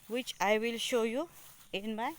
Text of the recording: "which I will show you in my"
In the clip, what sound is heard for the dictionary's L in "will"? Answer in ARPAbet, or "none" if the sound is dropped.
L